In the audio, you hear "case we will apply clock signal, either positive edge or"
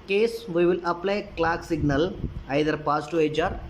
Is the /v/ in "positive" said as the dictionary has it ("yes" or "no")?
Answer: no